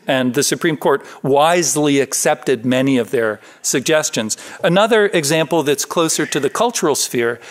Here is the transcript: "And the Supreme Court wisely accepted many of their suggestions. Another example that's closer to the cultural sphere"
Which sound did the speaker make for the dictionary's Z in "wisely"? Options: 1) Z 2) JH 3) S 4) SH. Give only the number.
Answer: 1